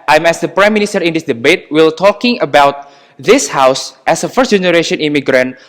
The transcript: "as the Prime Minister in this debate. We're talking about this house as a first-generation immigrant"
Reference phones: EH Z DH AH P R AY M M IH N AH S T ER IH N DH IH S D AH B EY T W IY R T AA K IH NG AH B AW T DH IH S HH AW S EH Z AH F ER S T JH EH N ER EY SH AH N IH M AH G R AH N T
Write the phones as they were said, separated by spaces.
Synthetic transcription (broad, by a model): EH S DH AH P R AY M M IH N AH S T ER IH N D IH S D AH B EY T W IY L T AA K IH NG AH B AW T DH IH S HH AW S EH S AH F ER S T JH EH N ER EY SH AH N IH M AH G R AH N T